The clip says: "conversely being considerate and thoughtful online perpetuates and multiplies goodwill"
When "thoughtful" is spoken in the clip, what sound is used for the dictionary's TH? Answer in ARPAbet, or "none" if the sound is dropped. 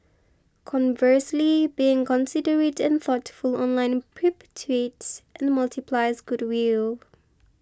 TH